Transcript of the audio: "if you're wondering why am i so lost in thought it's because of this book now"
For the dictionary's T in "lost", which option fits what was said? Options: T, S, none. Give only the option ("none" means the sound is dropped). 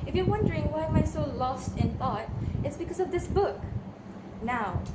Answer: T